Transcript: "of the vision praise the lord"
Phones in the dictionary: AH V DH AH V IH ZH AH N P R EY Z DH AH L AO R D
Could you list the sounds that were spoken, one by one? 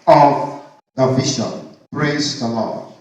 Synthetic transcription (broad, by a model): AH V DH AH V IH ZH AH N B R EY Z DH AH L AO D